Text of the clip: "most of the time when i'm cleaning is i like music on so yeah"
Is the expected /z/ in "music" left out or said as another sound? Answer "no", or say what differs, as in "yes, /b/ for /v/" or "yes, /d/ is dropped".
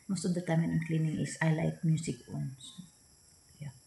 yes, /s/ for /z/